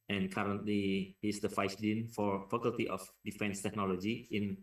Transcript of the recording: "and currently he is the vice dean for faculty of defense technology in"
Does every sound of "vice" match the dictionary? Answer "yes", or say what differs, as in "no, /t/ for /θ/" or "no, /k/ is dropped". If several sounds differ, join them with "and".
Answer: no, /f/ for /v/